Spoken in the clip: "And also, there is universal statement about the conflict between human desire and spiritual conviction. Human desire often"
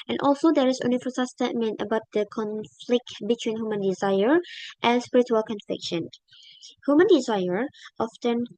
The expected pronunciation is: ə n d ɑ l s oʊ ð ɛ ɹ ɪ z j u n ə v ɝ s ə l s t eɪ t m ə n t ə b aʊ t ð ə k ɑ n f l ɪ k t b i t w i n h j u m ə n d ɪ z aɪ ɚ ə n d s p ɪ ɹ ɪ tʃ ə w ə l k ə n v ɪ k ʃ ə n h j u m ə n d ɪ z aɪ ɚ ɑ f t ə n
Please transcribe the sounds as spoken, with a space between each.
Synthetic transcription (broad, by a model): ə n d ɑ l s oʊ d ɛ ɹ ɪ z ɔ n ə f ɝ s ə s t eɪ t m ə n t ə b aʊ t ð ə k ɑ n f l ɪ k t b i t w i n h j u m ə n d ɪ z aɪ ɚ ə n s p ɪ ɹ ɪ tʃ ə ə l k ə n f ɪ k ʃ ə n h j u m ə n d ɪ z aɪ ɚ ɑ f t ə n